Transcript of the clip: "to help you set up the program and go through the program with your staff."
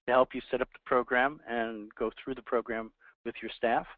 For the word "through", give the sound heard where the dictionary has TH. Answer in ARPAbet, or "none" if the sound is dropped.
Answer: TH